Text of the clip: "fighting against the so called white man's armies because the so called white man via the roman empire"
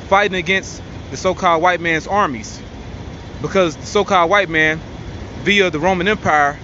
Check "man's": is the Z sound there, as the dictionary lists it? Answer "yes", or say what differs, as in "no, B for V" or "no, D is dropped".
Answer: yes